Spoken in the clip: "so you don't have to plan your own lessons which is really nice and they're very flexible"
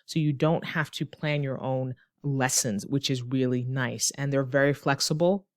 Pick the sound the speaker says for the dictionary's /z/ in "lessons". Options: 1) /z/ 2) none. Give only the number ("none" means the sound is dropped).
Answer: 1